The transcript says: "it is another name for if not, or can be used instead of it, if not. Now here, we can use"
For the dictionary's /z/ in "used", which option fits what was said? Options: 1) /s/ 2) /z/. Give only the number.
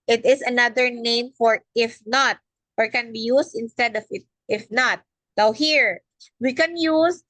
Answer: 1